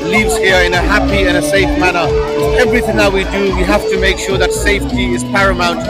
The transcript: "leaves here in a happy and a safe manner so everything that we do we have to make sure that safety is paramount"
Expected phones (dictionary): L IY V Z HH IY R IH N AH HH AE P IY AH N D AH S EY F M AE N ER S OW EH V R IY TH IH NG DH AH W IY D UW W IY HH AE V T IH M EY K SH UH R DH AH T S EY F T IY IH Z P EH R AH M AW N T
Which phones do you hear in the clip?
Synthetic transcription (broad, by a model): L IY V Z HH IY R IH N AH HH AE P IY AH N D AH S EY F M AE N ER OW EH V R IY TH IH NG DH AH W IY D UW W IY HH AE F T IH M EY K SH UH R DH AH T S EY F T IY IH Z P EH R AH M AW N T